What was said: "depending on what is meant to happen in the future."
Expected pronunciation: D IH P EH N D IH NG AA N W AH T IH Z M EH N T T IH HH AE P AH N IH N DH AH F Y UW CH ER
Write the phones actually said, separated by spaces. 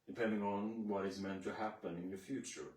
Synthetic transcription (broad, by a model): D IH P EH N D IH NG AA N W AH T IH Z M EH N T T IH HH AE P AH N IH N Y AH F Y UW CH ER